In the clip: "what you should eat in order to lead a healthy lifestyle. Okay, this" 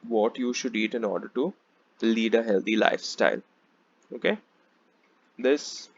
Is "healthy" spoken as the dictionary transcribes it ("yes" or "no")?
no